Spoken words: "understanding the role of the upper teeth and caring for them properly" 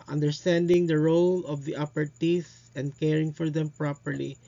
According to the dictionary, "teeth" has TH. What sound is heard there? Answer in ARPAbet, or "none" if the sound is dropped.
S